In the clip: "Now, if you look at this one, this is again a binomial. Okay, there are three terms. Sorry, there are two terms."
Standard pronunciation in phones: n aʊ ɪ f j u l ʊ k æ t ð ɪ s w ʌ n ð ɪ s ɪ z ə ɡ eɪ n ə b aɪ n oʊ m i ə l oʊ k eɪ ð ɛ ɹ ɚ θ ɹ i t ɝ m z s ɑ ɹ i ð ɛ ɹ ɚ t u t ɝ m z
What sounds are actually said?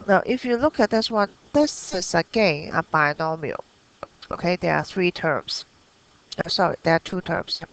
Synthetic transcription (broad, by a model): n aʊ ɪ f j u l ʊ k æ t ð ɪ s w ʌ n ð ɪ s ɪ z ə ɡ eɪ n ə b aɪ n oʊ m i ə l oʊ k eɪ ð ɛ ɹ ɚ θ ɹ i t ɝ m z s ɑ ɹ i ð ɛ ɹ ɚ t u t ɝ m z